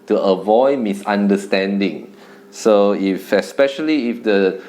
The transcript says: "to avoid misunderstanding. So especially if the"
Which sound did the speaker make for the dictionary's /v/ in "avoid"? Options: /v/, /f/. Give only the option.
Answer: /v/